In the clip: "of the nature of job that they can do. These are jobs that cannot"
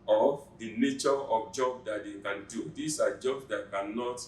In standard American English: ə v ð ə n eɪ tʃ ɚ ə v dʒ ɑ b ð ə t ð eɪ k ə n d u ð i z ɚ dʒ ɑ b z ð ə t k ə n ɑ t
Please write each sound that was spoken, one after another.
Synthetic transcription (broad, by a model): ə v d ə n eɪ tʃ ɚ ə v dʒ ɑ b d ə t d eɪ k ə n d u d i s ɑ dʒ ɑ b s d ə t k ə n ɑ t